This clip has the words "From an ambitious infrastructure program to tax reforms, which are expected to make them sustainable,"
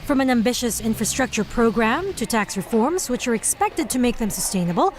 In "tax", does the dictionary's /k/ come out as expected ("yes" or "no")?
yes